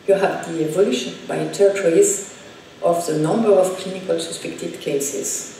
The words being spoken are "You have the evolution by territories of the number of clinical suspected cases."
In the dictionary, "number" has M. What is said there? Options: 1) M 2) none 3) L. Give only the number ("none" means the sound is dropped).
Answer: 1